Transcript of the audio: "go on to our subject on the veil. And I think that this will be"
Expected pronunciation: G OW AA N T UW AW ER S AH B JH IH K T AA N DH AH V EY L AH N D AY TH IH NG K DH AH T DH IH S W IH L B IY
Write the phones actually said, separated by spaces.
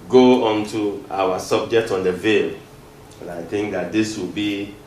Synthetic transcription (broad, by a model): G OW AA N T UW AW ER S AH B JH IH K T AA N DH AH V EY L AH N AY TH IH NG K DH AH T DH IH S W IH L B IY